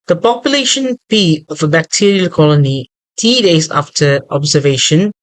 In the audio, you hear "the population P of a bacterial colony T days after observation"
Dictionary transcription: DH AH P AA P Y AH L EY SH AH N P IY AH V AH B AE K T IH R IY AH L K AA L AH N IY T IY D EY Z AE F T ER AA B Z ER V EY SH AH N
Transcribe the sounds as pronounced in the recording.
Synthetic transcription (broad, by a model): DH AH P AA P Y AH L EY SH AH N P IY AH V AH B AE K T IH R IY AH L K AA L AH N IY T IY D EY Z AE F T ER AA B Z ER V EY SH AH N